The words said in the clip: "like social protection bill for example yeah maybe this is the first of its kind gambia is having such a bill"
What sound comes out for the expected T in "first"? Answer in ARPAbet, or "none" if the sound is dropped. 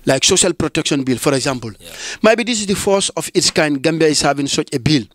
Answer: none